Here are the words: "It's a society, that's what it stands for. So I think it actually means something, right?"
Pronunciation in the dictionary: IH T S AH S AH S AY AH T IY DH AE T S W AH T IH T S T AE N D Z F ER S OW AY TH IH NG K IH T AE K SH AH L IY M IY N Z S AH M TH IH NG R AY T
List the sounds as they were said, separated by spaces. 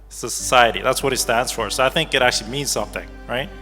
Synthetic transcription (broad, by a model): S AH S AH S AY AH T IY DH AE T S W AH T IH T S T AE N D Z F ER S OW AY TH IH NG K IH T AE K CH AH L IY M IY N Z S AH M TH IH NG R AY T